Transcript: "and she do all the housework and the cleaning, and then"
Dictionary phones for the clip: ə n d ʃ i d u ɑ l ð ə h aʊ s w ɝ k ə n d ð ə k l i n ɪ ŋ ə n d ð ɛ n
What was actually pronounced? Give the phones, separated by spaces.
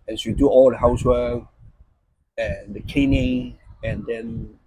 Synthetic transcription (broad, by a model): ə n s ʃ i d u ɑ l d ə h aʊ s w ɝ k ə n d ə k ɛ n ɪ ə n d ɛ n